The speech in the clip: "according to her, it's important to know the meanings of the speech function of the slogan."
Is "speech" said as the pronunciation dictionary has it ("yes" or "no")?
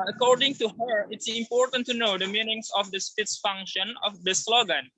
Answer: no